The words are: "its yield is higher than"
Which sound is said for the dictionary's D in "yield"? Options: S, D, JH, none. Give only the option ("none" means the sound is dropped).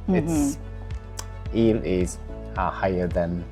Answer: none